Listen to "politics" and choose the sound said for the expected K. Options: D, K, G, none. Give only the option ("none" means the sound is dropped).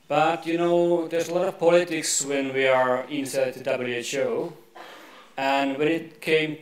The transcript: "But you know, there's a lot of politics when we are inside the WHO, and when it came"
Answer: K